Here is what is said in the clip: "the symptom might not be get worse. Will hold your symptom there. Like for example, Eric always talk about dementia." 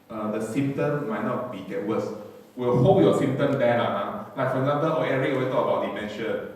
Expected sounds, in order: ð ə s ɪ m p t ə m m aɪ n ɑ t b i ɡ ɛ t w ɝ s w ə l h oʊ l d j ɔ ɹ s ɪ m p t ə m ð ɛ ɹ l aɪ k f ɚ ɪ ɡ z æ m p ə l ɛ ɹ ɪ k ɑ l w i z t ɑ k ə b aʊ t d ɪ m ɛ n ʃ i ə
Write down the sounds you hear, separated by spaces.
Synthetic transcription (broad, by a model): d ə s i m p t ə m m aɪ n ɑ t b i ɡ ɛ t w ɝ s w ə l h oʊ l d j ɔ s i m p t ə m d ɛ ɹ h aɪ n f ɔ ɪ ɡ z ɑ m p ə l ɛ ɹ ɪ k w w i t ɑ k ə b aʊ t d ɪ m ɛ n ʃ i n